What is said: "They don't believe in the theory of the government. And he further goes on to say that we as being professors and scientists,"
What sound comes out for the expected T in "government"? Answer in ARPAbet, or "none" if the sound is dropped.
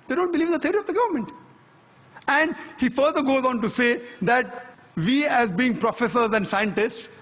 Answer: T